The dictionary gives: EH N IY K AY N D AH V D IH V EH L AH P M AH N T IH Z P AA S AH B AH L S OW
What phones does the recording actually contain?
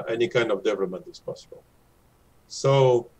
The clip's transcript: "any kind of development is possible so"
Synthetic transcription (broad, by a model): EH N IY K AY N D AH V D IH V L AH M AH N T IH S P AA S AH B AH L S OW